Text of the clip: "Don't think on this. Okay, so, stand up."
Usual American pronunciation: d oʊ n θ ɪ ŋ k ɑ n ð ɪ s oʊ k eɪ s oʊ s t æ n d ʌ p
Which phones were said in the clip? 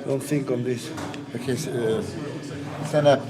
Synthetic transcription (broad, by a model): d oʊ n θ ɪ ŋ k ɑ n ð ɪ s oʊ k eɪ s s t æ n ʌ